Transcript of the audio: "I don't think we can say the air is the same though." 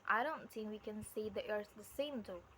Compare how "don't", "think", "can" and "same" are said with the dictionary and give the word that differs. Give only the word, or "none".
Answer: none